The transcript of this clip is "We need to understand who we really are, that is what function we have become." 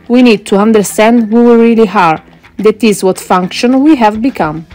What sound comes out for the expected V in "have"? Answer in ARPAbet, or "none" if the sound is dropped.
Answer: V